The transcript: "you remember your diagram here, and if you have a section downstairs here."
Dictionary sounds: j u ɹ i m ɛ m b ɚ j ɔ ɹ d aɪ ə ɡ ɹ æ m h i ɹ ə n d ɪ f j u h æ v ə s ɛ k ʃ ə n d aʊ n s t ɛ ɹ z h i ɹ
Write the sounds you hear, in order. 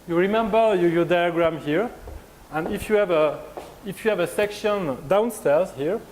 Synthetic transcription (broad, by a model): j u ɹ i m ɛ m b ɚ j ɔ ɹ d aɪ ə ɡ ɹ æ m h i ɹ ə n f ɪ f j u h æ v ə s ɛ k ʃ ə n d aʊ n s t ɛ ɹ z h i ɹ